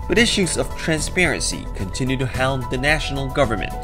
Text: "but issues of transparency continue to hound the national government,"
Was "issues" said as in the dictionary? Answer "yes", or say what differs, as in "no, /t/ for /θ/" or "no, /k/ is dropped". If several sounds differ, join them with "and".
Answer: yes